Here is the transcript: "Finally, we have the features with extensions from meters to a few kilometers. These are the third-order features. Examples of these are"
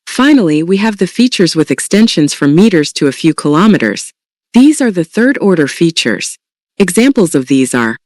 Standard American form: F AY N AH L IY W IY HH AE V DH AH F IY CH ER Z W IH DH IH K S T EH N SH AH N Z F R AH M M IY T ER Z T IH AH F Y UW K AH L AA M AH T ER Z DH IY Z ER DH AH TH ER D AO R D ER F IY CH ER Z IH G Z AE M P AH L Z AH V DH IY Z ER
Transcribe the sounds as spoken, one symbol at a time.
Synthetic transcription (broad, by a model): F AY N L IY W IY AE V DH AH F IY CH ER Z W IH DH IH K S T EH N SH AH N Z F R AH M M IY T ER Z T IH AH F Y UW K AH L AA M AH T ER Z DH IY Z ER DH AH TH ER D AO R D ER F IY CH ER Z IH G Z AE M P L Z AH V DH IY Z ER